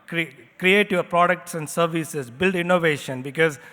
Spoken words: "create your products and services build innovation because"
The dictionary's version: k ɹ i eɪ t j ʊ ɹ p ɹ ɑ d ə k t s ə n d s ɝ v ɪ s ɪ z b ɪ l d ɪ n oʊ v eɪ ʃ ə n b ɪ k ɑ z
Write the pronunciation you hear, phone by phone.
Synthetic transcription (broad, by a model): k ɹ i eɪ t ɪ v p ɹ ɑ d ə k t s ə n d s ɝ v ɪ s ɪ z b ɪ l d ɪ n oʊ v eɪ ʃ ə n b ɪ k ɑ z